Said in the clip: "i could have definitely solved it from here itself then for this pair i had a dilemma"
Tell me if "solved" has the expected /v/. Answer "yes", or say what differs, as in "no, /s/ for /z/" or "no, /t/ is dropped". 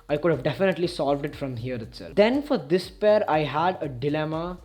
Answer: yes